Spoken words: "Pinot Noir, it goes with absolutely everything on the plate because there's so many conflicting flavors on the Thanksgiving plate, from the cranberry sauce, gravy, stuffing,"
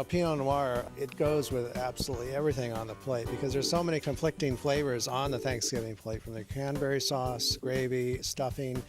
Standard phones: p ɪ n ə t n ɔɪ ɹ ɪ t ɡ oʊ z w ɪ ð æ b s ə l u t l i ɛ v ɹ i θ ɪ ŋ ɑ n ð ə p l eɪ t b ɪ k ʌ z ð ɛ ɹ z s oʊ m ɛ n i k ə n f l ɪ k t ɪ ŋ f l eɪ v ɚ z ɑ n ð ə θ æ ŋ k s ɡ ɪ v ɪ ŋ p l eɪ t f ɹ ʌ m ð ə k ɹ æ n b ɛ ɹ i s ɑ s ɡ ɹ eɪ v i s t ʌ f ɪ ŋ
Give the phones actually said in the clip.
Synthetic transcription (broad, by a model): p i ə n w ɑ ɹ ɪ t ɡ oʊ z w ɪ ð æ b s ə l u t l i ɛ v ɹ i θ ɪ ŋ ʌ n ð ə p l eɪ t b ɪ k ʌ z ð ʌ ɹ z s oʊ m ɛ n i k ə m f l ɪ k t ɪ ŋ f l eɪ v ɚ z n ð ə θ æ ŋ k s ɡ ɪ v ɪ ŋ p l eɪ t f ɹ ʌ m ð ə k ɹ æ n b ɛ ɹ i s ɑ s ɡ ɹ eɪ v i s t ʌ f ɪ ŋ